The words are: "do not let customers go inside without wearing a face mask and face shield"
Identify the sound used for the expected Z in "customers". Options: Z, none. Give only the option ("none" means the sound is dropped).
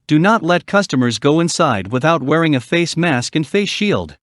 Z